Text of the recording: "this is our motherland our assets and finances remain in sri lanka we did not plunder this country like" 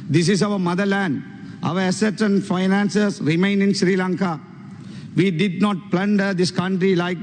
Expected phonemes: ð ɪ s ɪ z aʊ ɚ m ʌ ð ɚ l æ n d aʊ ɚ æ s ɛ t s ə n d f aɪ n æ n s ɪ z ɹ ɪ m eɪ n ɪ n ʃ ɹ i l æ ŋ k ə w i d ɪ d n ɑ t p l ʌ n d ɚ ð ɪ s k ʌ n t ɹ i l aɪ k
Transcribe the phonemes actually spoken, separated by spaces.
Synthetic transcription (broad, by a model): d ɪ s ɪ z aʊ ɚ m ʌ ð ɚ l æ n d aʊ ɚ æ s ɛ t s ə n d f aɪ n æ n s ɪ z ɹ ɪ m eɪ n ɪ n ʃ ɹ i l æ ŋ k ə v i d ɪ d n ɑ t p l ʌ n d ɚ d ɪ s k ʌ n t ɹ i l aɪ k